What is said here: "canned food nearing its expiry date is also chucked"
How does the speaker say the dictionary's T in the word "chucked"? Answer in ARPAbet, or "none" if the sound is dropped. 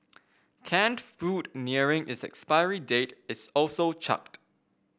T